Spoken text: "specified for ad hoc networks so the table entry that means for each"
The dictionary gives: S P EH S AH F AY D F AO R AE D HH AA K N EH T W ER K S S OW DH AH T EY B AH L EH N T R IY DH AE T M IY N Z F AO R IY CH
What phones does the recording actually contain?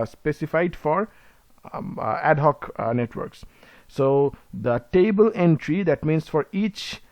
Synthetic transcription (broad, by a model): S P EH S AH F AY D F AO R AE D HH AA K N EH T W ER K S S OW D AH T EY B AH L EH N T R IY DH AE T M IY N S F AO R IY CH